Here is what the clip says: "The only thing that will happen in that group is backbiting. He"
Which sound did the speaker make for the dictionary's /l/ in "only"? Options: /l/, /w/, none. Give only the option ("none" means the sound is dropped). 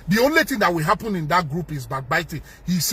/l/